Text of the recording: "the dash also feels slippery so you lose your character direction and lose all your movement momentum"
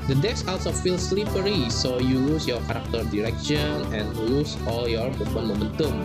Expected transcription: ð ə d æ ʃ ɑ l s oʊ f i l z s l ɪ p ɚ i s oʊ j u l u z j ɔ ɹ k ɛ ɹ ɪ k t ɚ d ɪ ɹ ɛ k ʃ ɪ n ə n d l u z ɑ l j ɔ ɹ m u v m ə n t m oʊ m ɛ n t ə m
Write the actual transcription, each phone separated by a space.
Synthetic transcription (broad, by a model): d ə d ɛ s ɑ l s oʊ f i l s l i p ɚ i s oʊ j u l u s j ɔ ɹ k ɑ ɹ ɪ k t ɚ d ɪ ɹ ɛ k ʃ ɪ n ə n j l u s ɑ l j ɔ ɹ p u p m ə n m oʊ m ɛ n t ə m